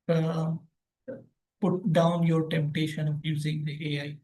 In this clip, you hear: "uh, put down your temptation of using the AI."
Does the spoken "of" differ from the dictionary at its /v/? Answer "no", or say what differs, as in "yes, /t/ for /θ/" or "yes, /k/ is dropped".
yes, /p/ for /v/